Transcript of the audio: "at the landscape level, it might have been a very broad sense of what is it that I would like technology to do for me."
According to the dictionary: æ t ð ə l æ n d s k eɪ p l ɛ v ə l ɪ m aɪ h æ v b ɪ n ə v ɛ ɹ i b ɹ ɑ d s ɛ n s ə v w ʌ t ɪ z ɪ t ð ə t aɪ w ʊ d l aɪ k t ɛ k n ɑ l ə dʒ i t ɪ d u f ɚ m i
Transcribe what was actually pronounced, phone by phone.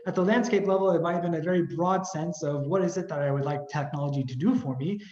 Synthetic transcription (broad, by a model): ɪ t ð ə l æ n d s k eɪ p l ɛ v l ɪ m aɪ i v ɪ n ə v ɛ ɹ i b ɹ ɑ d s ɛ n s ə v w ʌ t ɪ z ɪ t ð ə t aɪ w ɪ d l aɪ k t ɛ k n ɑ l ə dʒ i t ɪ d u f ɚ m i